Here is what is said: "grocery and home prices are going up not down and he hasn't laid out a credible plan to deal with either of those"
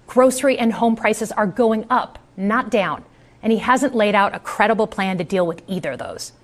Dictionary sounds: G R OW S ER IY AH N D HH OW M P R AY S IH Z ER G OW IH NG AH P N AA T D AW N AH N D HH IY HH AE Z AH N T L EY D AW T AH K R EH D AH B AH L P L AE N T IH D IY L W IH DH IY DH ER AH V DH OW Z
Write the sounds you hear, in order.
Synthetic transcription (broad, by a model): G R OW S ER IY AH N HH OW M P R AY S IH Z ER G OW IH NG AH P N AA T D AW N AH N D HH IY HH AE Z AH N T L EY D AW T AH K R EH D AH B L P L AE N T IH D IY L W IH DH IY DH ER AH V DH OW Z